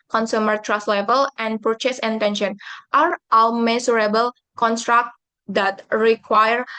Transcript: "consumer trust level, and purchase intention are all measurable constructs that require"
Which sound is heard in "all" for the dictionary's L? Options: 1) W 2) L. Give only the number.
1